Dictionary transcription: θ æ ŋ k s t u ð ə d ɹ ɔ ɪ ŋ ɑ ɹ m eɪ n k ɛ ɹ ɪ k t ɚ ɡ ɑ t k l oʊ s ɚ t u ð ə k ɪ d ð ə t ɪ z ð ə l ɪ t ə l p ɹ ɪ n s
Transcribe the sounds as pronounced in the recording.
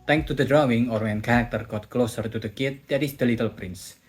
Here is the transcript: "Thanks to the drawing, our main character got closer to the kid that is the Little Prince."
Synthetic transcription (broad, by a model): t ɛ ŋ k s t u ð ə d ɹ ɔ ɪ ŋ ɑ ɹ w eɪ n k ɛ ɹ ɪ k t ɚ ɡ ɑ t k l oʊ s ɚ t u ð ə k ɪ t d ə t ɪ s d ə l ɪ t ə l p ɹ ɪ n s